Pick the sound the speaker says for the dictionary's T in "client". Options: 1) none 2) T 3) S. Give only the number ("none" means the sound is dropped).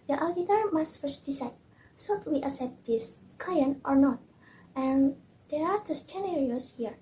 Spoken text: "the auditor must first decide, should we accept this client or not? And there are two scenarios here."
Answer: 2